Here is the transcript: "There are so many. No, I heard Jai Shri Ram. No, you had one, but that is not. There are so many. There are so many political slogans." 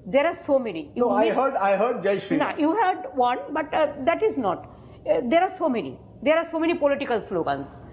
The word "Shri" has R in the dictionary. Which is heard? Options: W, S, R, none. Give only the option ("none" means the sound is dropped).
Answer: none